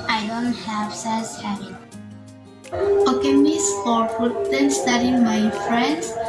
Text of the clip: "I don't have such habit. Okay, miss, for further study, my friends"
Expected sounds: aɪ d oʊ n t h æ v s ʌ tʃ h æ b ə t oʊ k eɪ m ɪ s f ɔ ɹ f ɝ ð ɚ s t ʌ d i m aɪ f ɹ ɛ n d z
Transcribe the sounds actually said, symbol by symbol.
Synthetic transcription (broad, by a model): aɪ d oʊ n t h æ v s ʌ s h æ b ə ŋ oʊ k eɪ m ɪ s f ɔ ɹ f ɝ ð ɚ s t ʌ d i m aɪ f ɹ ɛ n d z